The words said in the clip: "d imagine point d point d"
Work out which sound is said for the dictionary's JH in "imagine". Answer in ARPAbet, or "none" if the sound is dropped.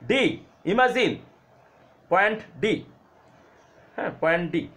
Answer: Z